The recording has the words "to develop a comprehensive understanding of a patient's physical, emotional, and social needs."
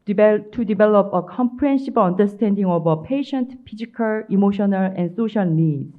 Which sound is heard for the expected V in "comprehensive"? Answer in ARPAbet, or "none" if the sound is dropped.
B